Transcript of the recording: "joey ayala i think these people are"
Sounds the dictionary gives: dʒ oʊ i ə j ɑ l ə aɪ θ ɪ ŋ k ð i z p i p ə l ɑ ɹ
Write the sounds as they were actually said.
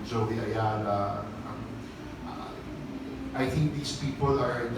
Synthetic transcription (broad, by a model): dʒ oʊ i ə j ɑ n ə aɪ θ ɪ ŋ k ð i s p i p ə l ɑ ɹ